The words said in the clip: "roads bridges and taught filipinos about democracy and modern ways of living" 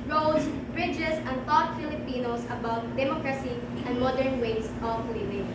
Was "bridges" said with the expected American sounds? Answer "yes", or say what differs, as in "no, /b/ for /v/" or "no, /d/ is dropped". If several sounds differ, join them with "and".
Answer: no, /s/ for /z/